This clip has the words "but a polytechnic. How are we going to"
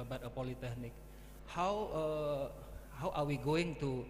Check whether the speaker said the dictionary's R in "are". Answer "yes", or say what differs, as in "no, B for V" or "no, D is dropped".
no, W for R